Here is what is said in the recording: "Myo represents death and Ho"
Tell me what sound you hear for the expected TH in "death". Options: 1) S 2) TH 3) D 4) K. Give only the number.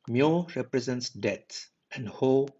1